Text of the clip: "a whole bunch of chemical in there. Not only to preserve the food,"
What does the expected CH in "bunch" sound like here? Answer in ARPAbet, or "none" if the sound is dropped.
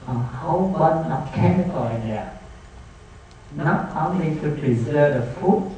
none